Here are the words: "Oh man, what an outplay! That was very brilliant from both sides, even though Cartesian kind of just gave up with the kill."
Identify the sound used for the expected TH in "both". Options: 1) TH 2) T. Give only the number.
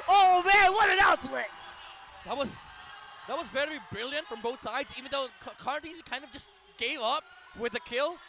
1